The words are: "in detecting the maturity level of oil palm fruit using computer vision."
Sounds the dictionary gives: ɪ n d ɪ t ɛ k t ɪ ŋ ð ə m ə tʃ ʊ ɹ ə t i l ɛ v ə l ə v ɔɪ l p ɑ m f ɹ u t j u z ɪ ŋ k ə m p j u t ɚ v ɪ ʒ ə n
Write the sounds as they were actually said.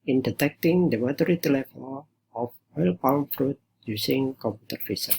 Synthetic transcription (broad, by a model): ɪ n d ɪ t ɛ k t ɪ ŋ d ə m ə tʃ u ɹ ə t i l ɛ f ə n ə f ɔɪ l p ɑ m f ɹ u t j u s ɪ ŋ k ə m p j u t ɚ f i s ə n